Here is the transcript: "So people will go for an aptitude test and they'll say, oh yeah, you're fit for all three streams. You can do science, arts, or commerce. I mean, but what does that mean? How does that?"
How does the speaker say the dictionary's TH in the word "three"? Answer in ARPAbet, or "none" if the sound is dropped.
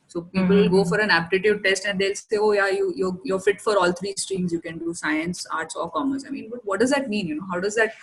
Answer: T